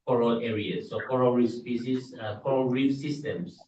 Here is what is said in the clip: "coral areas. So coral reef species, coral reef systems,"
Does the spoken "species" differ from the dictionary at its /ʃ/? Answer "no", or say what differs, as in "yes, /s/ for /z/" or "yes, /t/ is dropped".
yes, /s/ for /ʃ/